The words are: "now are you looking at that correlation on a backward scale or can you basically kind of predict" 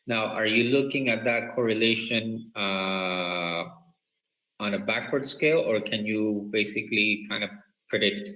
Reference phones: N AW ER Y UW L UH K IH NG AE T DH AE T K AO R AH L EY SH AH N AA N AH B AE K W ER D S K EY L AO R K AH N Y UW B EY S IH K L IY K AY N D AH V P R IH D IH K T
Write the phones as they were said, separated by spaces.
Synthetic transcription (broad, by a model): N AW ER Y UW L UH K IH NG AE T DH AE T K AO R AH L EY SH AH N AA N AH B AE K W ER D S K EY L AO R K AH N Y UW B EY S IH K L IY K AY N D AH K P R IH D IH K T